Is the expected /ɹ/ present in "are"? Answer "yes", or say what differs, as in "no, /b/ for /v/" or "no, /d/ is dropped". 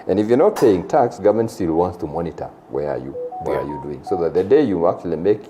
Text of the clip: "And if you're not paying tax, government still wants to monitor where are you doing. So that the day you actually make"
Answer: no, /w/ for /ɹ/